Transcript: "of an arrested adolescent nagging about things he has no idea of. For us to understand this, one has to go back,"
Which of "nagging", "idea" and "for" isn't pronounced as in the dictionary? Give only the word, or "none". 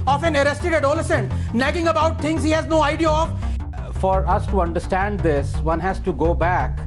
none